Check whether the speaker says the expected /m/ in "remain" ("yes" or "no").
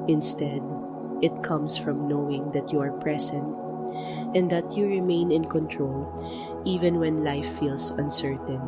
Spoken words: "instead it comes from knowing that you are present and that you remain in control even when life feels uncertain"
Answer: yes